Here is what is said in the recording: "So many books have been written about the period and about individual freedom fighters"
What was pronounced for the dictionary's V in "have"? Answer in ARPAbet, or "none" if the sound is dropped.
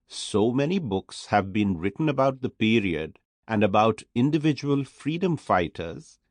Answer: V